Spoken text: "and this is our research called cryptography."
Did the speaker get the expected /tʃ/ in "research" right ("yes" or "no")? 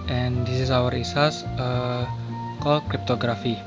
no